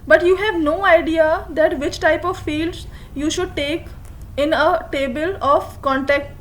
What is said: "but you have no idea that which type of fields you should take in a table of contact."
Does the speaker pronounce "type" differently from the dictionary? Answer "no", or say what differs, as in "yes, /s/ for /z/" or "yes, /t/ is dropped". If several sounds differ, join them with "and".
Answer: no